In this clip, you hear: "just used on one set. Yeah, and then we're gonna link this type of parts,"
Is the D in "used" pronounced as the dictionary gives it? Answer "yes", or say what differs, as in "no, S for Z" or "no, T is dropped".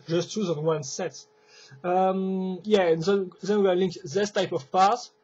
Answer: no, D is dropped